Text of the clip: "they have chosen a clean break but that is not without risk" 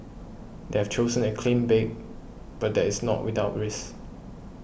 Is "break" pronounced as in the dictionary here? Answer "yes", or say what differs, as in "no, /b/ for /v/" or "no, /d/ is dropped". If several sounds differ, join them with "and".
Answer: no, /ɹ/ is dropped